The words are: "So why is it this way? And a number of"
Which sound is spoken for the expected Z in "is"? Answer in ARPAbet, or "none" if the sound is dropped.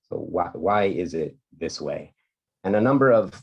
Z